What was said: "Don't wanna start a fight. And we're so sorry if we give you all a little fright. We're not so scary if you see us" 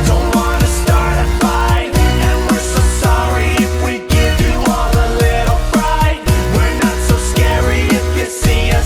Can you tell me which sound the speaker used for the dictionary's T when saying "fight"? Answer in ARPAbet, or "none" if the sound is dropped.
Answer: none